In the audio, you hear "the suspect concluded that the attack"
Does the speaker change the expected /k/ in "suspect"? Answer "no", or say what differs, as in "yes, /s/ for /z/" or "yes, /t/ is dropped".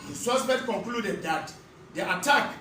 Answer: yes, /k/ is dropped